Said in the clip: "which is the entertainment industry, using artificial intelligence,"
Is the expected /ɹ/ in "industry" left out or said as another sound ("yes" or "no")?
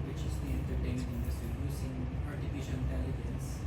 yes